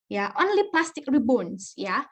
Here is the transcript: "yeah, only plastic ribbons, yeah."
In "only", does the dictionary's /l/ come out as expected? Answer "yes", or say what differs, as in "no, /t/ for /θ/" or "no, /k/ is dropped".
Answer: yes